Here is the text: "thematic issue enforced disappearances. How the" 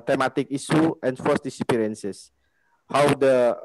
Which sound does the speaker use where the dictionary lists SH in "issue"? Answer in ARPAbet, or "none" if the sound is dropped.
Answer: S